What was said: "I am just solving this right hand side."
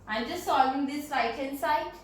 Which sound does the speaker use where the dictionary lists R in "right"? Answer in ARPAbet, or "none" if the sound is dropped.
L